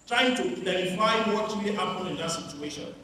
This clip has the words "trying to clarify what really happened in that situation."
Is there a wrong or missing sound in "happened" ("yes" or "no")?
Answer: yes